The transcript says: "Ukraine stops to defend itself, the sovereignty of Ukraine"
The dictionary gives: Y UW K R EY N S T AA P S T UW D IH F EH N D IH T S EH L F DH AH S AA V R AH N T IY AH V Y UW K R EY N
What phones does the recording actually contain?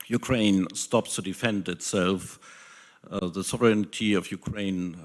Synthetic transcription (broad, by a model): Y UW K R EY N S T AA P S T UW D IH F EH N D IH T S EH L F DH AH S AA V R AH N T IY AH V Y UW K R EY N